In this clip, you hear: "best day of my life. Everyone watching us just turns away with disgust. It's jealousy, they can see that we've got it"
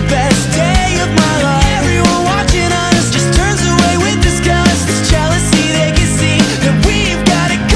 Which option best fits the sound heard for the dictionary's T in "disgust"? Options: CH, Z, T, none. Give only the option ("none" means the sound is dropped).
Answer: none